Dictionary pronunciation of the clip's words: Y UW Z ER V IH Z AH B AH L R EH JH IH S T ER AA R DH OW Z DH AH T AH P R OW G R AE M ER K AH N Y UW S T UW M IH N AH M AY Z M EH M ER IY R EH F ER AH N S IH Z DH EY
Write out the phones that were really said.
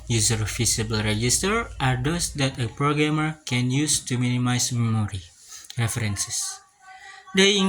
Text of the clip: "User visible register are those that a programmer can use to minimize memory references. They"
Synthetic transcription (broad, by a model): Y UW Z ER F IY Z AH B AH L R EH JH IH S T ER AA R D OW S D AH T AH P R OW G R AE M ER K AH N Y UW S T UW M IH N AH M AY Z M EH M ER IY R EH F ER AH N S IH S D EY